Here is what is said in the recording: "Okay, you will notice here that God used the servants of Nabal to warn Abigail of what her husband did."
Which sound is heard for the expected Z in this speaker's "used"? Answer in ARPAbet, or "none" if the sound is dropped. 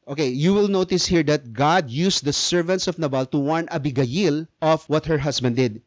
S